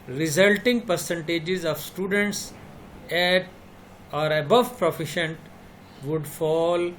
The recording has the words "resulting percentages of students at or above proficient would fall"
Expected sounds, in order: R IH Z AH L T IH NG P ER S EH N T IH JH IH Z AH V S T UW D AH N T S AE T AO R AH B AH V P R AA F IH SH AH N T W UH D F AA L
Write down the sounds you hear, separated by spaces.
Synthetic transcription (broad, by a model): R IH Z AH L T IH NG P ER S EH N T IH JH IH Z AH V S T UW D AH N T S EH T AO R AH B AH V P R AA F IH SH AH N T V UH D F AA L